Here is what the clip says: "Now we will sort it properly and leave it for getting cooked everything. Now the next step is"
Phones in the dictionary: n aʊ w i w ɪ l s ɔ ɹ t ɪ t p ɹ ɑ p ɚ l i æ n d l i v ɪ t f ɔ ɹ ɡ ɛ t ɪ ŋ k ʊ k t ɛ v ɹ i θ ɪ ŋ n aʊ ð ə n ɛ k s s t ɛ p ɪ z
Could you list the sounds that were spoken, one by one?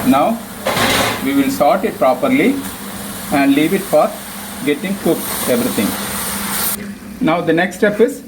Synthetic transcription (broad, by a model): n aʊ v i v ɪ l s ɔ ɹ t ɪ t p ɹ ɑ p ɚ l i æ n d l i v ɪ t f ɔ ɹ ɡ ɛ t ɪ ŋ k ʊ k ɛ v ɹ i t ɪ ŋ n aʊ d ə n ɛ k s s t ɛ p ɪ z